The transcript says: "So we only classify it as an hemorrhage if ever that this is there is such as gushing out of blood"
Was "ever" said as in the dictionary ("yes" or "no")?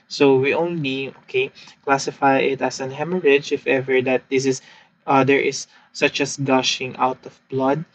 yes